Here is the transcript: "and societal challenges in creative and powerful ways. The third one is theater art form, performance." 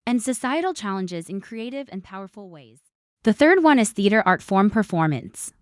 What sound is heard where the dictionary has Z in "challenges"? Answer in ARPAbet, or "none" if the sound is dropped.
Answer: Z